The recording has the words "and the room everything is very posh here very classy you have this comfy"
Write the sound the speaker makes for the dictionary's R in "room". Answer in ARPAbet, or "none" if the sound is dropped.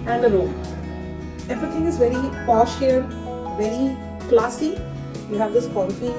L